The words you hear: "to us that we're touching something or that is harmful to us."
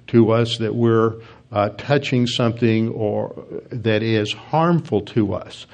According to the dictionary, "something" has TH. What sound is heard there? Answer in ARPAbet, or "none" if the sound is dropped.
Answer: TH